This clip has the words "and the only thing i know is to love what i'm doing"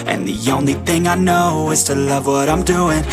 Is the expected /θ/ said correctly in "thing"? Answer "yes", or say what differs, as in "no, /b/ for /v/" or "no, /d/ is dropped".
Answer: yes